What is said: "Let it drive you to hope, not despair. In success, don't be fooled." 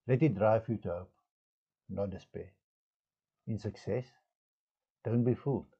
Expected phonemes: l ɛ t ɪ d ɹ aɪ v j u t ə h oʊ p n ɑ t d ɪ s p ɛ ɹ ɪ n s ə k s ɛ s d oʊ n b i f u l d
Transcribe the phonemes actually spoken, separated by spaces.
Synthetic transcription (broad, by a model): l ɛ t ɪ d ɹ aɪ f j u t ə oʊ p n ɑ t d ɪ s p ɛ ɪ n s ə k s ɛ s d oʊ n b i f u l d